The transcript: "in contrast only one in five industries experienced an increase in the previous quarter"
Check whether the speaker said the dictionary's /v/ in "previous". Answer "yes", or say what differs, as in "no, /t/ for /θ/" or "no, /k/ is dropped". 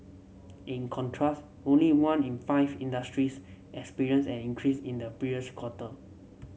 no, /v/ is dropped